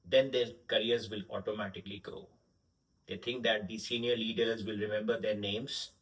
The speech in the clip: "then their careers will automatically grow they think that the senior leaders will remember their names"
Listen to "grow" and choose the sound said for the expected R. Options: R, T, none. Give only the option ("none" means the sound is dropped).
none